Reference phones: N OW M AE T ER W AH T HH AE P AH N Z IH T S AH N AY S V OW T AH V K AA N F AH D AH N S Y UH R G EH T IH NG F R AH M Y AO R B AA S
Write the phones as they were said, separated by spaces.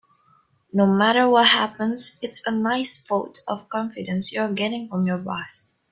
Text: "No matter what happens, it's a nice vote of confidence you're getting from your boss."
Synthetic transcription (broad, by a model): N OW M AE T ER W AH T HH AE P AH N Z IH T S AH N AY S F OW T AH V K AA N F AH D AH N S Y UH G EH T IH NG F R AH M Y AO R B AA S